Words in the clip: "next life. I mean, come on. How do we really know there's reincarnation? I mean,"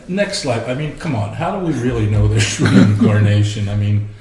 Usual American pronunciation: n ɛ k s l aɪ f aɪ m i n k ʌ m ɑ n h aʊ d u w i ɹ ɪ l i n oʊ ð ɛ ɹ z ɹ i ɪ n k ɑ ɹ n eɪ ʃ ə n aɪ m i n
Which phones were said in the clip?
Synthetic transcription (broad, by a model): n ɛ k s l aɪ p aɪ m i n k ʌ m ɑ n h aʊ d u w i ɹ ɪ l i n oʊ ð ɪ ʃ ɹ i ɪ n k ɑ ɹ n eɪ ʃ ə n aɪ m i n